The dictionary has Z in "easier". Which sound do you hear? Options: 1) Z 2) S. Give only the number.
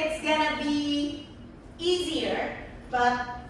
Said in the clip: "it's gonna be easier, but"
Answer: 1